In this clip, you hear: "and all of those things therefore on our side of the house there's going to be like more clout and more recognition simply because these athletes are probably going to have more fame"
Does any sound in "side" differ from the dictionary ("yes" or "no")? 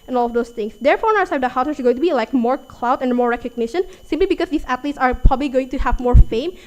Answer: yes